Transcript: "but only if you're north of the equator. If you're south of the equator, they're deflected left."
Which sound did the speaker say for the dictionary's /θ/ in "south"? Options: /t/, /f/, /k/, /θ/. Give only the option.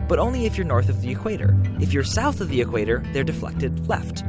/θ/